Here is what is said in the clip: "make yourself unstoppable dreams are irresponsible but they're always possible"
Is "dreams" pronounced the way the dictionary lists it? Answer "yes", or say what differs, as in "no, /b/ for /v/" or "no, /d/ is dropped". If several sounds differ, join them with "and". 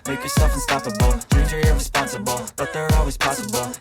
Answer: no, /m/ is dropped